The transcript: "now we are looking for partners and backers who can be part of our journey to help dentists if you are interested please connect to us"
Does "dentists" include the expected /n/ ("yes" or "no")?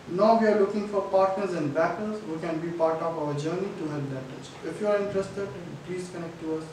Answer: no